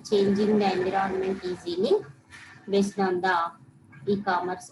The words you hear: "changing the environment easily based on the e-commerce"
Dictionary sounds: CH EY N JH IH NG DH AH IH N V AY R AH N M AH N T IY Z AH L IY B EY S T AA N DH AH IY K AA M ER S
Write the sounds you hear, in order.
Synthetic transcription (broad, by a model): CH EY N JH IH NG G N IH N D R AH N M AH N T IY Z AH N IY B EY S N AA N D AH IY K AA M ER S